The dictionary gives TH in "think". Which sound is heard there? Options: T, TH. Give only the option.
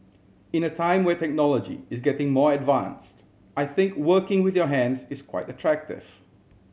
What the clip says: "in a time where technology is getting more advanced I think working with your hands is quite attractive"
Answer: TH